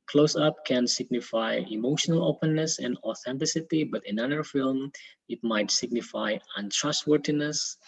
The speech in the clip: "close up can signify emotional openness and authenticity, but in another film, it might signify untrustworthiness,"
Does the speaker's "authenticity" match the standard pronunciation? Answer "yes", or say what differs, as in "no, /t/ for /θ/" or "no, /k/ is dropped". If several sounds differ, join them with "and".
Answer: yes